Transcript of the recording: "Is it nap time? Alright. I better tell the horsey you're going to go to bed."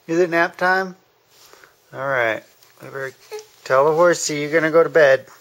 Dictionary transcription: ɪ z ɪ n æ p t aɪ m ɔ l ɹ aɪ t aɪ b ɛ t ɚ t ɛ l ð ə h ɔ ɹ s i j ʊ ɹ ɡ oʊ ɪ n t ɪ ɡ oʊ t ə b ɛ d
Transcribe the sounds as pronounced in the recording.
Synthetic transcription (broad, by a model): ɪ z ɪ n æ p t aɪ m ɔ l ɹ aɪ t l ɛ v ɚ t ɛ l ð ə h ɔ ɹ s i j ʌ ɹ ɡ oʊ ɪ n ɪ ɡ oʊ t ə b ɛ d